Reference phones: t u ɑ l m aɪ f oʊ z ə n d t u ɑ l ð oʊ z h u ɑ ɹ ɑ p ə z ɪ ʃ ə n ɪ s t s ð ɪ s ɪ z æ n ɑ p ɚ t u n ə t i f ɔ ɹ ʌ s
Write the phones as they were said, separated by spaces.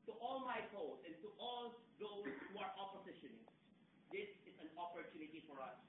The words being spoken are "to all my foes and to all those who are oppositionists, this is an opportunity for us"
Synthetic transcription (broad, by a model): t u ɑ l m aɪ p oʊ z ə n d t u ɑ l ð oʊ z h u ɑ ɹ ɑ p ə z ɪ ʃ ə n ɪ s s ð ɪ s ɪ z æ n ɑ p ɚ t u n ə t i f ɔ ɹ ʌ s